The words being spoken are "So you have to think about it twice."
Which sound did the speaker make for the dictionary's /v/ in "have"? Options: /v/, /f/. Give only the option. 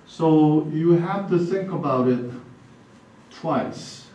/f/